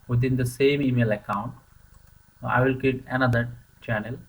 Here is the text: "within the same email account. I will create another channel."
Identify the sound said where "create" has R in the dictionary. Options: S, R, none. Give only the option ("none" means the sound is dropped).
none